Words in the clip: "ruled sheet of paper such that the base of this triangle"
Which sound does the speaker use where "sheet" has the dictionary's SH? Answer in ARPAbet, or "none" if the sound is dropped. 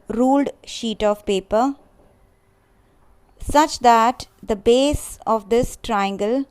SH